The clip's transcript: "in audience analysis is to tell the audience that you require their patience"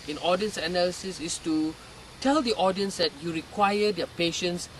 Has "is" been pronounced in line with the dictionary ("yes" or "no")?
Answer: no